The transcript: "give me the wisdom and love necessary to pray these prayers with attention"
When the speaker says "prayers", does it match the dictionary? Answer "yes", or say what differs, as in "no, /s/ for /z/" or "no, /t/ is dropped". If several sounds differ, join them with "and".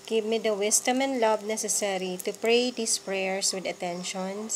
no, /s/ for /z/